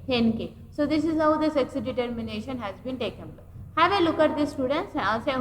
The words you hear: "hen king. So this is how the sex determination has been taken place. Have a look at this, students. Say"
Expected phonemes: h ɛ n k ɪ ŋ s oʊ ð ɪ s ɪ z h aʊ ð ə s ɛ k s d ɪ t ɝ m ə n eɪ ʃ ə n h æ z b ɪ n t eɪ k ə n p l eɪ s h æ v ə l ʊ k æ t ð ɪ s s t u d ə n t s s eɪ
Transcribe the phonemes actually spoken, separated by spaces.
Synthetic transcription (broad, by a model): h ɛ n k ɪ s oʊ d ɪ s ɪ z h aʊ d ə s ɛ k s d ɪ t ɝ m ə n eɪ ʃ ə n h æ z b ɪ n t eɪ k ə n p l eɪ h æ v ə l ʊ k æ t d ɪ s s t u d ə n t s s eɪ